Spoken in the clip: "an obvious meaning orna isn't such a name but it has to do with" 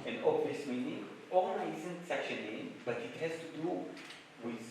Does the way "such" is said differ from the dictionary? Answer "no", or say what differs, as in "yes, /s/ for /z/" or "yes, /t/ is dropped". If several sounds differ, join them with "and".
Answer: yes, /ʃ/ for /tʃ/